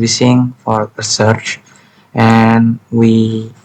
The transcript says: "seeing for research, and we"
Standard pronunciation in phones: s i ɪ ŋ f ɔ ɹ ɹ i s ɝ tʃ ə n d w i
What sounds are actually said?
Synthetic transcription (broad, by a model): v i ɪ ŋ f ɔ ɹ ɹ i s ɝ tʃ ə n w i